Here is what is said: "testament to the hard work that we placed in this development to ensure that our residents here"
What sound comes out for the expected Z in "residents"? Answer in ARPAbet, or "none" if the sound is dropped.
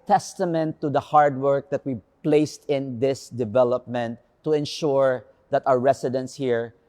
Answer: S